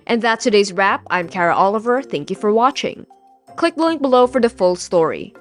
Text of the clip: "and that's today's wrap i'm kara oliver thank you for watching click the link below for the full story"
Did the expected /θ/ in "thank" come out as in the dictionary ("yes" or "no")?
yes